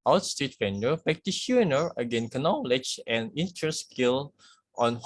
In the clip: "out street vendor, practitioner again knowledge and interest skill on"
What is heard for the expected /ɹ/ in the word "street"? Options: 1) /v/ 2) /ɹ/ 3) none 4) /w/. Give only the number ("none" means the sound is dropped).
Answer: 3